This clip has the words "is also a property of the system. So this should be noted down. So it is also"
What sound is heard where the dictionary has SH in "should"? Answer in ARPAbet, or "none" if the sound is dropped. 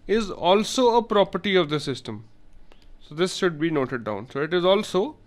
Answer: SH